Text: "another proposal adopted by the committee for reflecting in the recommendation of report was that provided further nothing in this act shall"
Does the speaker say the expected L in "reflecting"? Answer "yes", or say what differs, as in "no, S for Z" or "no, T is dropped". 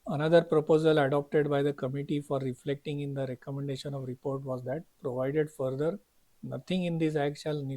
yes